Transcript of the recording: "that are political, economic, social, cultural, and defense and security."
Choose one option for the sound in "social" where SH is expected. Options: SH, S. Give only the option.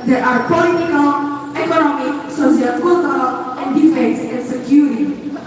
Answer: S